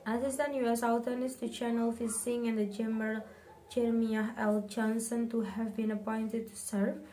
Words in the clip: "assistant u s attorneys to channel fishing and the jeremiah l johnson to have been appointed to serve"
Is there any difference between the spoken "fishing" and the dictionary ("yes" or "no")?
yes